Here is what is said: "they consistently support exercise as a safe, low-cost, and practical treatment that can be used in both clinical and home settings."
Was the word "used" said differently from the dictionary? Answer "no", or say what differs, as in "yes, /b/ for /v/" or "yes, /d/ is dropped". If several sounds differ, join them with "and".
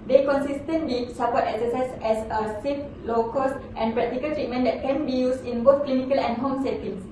yes, /s/ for /z/